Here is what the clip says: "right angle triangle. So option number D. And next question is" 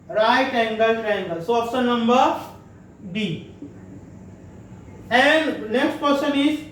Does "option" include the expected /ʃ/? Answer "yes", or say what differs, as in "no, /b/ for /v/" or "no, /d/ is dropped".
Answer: no, /s/ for /ʃ/